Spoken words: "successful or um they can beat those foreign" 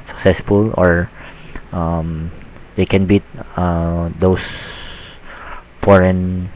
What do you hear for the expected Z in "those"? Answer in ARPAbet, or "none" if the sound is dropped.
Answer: S